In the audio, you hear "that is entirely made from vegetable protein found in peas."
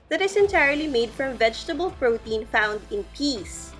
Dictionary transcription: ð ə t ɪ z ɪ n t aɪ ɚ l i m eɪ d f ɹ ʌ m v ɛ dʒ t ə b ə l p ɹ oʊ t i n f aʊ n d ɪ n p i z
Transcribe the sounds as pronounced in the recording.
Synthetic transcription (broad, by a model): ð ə t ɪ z ɪ n t aɪ ɚ l i m eɪ d f ɹ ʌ m v ɛ dʒ t ə b ə l p ɹ oʊ t i n f aʊ n d ɪ n p i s